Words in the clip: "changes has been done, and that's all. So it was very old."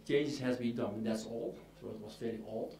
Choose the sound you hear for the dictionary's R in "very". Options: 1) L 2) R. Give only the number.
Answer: 1